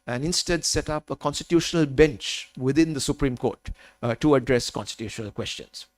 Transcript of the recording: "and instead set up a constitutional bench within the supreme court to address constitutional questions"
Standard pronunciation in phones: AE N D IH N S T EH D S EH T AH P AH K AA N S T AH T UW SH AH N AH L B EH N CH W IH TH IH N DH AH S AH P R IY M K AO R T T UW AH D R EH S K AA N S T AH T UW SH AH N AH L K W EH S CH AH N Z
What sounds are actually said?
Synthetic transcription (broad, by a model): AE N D IH N S T EH D S EH T AH P AH K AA N S T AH T UW SH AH N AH L B EH N CH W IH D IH N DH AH S AH P R IY M K AO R T T UW AH D R EH S K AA N S T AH T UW SH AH N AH L K W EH S CH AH N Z